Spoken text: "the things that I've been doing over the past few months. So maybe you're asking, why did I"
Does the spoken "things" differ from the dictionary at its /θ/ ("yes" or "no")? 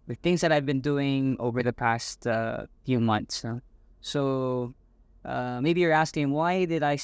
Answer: no